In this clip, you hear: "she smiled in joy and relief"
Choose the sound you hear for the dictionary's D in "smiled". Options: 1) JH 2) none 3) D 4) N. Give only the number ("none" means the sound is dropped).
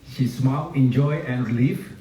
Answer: 2